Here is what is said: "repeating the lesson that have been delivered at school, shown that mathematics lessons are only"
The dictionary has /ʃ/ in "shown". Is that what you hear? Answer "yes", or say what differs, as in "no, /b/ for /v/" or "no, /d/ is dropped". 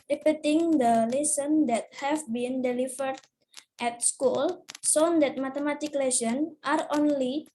no, /s/ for /ʃ/